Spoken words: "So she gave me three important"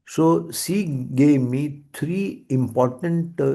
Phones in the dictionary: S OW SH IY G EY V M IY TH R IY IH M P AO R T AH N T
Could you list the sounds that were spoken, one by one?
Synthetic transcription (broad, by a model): S OW S IY G EY V M IY T R IY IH M P AO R T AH N T